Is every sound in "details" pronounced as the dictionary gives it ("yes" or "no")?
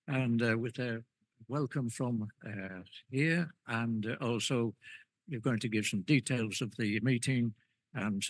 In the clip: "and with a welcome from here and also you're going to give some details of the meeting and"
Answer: yes